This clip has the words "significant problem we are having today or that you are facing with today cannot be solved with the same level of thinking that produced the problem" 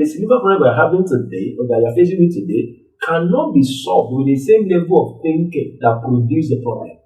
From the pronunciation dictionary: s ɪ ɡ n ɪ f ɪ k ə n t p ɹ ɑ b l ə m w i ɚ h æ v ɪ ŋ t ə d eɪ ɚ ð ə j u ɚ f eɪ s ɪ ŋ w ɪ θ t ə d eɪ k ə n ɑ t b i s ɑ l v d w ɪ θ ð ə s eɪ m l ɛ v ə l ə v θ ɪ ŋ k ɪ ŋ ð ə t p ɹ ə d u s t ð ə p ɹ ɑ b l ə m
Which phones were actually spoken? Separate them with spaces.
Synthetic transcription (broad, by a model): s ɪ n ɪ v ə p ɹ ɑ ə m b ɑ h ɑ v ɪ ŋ t ə d eɪ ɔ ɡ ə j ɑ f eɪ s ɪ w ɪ t ə d eɪ k ə n ɑ t b i s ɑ v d w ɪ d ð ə s eɪ m l ɛ v ə l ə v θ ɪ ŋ k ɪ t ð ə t p ɹ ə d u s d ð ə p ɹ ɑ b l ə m